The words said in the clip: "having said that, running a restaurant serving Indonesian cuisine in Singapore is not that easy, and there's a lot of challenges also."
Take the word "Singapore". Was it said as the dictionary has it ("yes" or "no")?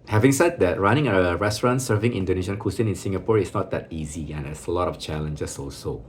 yes